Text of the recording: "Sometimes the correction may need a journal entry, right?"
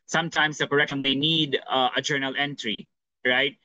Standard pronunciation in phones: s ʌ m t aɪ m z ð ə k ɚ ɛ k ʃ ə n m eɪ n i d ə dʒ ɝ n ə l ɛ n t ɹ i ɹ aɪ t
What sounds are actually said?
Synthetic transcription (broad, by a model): s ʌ m t aɪ m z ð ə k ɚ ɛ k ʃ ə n m eɪ n i d ə dʒ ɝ n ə l ɛ n t ɹ i ɹ aɪ t